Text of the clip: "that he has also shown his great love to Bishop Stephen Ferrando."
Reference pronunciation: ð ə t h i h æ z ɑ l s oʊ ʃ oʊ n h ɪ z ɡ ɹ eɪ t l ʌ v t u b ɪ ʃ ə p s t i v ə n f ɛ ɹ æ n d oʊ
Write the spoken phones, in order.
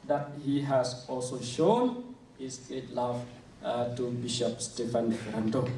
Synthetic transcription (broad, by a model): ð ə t h i h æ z ɑ l s oʊ ʃ oʊ n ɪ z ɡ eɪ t l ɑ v t u b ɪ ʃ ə p s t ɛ f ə n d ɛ ɹ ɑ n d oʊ